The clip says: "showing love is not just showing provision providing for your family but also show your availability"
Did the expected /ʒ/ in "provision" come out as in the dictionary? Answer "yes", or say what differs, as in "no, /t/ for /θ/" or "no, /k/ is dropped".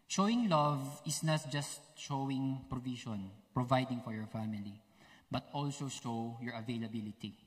no, /ʃ/ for /ʒ/